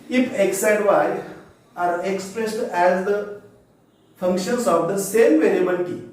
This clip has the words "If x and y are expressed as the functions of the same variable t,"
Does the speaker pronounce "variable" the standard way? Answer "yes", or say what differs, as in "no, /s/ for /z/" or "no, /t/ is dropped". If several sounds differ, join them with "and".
no, /n/ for /l/